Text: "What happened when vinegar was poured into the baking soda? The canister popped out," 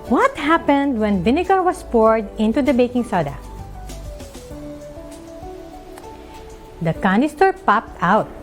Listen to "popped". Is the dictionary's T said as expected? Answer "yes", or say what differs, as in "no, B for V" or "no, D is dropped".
yes